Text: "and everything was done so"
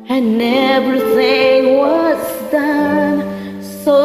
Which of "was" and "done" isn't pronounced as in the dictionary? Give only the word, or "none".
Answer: was